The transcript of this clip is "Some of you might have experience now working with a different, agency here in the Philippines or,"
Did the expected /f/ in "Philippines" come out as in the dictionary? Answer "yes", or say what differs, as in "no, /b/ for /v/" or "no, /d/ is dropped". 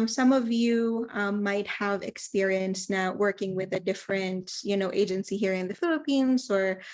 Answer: yes